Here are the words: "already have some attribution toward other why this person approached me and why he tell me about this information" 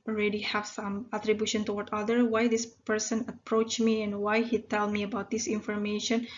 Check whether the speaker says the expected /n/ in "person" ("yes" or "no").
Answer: yes